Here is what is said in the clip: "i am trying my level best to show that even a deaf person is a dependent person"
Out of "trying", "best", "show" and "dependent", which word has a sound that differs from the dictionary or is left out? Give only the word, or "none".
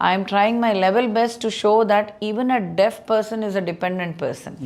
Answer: none